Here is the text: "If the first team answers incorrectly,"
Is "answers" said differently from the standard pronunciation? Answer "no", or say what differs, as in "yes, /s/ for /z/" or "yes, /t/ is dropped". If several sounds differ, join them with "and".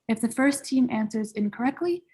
no